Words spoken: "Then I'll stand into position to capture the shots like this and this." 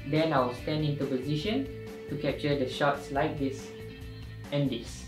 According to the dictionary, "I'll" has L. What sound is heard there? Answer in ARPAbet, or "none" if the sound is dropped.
W